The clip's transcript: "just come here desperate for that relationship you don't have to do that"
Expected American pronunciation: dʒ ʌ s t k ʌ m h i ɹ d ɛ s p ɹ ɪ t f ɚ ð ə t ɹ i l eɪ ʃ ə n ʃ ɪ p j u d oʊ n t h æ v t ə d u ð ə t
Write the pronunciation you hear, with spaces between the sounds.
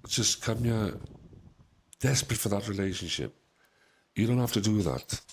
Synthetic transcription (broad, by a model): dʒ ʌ s k ʌ m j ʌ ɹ d ɛ s p ɹ ɪ t f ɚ ð ə t ɹ i l eɪ ʃ ə n ʃ ɪ p j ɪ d oʊ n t h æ f t ə d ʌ ð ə t